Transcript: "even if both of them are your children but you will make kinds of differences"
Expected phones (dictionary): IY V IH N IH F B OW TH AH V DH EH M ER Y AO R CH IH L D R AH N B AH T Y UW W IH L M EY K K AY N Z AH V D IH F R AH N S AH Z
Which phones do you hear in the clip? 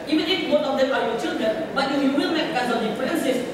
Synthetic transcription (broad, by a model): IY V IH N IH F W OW T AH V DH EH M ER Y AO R CH IH L D R AH N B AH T Y UW W IH L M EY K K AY Z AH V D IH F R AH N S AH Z